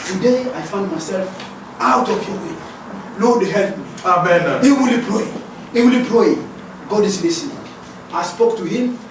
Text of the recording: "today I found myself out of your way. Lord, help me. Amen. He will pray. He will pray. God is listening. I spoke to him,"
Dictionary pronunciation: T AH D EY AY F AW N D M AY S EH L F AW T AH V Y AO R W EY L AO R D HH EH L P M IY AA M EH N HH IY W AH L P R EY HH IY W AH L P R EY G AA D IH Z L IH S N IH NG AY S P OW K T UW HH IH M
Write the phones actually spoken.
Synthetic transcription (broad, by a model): T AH D EY AY F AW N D M AY S EH L F AW T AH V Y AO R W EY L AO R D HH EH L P M IY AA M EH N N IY W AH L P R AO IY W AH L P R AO G AA D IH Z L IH S IH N AY S P OW K T UW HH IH M